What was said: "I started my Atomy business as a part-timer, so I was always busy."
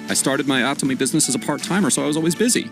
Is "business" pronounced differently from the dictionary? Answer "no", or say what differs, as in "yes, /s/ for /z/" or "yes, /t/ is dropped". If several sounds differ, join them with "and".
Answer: no